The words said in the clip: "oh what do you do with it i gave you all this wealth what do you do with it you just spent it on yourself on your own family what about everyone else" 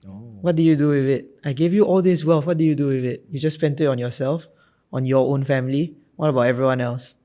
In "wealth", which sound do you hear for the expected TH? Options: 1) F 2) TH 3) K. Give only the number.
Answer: 1